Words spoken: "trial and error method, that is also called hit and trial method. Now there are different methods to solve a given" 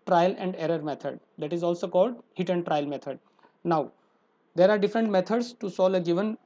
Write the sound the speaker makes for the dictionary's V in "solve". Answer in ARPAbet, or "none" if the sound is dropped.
none